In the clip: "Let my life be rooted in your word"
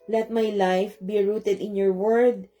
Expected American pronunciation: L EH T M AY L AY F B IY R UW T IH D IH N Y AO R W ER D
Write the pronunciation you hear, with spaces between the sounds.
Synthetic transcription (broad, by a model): L EH T M AY L AY F B IY R UW T IH D IH N Y AO R W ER D